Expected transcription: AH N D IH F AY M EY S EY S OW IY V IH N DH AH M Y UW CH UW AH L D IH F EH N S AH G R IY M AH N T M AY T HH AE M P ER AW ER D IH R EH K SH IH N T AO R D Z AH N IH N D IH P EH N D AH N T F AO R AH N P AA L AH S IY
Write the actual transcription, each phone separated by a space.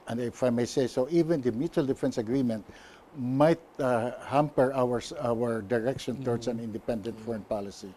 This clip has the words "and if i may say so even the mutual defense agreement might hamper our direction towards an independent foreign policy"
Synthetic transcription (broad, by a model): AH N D IH F AY M EY S EY S OW IY V IH N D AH M Y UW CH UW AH L D IH F EH N S AH G R IY M AH N T M AY T HH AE M P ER AW ER D IH R EH K SH IH N T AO R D S AH N IH N D IH P EH N D AH N T F AO R AH N P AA L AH S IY